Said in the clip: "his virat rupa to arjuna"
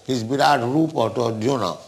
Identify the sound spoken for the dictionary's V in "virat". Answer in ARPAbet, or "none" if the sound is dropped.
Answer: B